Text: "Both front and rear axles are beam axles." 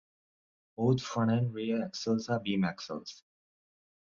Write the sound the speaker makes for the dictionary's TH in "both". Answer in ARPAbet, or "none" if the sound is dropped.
T